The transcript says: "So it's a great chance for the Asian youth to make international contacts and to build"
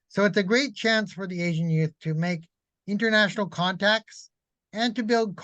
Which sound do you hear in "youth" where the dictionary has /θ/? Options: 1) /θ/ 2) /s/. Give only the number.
1